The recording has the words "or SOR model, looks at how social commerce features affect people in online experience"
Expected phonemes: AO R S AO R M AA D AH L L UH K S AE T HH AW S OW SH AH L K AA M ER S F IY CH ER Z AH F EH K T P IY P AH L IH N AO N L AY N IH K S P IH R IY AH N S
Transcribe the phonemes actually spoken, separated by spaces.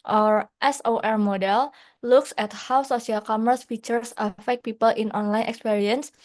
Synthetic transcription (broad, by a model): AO R S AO R M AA D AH L L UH K S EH T HH AW S OW S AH L K AA M ER S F IY CH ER S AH F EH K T P IY P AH L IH N AO N L AY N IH K S P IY R IY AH N S